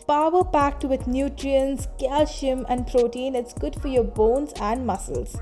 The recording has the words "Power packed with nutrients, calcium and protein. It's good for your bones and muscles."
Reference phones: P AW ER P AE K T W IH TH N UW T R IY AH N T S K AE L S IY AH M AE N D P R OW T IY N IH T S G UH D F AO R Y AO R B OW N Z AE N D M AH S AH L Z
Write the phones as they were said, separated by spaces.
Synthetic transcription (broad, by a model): P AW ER P AE K T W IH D N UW T R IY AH N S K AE L SH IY M AE N D P R OW T IY N IH T S G UH D F AO R Y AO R B OW N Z AE N D M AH S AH L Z